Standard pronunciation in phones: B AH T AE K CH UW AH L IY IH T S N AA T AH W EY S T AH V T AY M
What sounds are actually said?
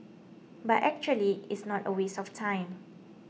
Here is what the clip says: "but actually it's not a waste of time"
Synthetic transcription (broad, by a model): B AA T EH K CH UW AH L IY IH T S N AA T AH W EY S AH F T AY M